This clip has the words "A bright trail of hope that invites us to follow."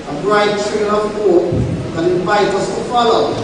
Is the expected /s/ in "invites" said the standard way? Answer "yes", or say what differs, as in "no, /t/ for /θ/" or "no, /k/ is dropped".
no, /s/ is dropped